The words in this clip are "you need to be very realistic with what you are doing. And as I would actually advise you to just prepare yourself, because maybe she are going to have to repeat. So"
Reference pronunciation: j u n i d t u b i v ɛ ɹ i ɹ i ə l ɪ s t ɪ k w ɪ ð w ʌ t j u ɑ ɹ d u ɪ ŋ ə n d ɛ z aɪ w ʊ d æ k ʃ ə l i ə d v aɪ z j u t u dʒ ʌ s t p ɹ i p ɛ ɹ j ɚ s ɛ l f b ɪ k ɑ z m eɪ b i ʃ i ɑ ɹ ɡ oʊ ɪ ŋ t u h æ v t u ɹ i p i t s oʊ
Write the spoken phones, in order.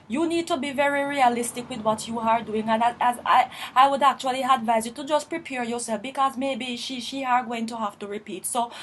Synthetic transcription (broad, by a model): j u n i d t u b i v ɛ ɹ i ɹ i ə l ɪ s t ɪ k w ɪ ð w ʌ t j u ɑ ɹ d u ɪ ŋ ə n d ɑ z aɪ w ʊ d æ k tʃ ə l i ə d v aɪ z j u t u dʒ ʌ s p ɹ i p ɛ ɹ j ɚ s ɛ l f b ɪ k ɑ z m eɪ b i ʃ i ɑ ɹ ɡ oʊ ɪ ŋ t u h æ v t u ɹ i p i t s oʊ